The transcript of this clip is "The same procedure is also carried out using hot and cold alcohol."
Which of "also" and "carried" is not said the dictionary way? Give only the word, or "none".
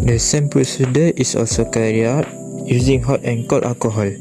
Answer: carried